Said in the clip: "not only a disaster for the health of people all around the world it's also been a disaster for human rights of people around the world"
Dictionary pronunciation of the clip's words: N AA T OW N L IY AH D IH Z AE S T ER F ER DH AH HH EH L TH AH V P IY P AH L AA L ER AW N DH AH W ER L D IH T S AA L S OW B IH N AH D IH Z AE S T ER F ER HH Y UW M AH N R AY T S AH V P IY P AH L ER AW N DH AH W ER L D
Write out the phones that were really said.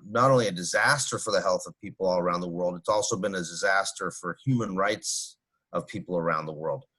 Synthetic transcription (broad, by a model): N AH T OW N L IY AH D IH Z AE S T ER F ER DH AH HH EH L TH AH V P IY P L AA L ER AW N DH AH W ER L D IH T S AA L S OW B IH N AH D IH Z AE S T ER F ER HH Y UW M AH N R AY T S AH V P IY P L ER AW N DH AH W ER L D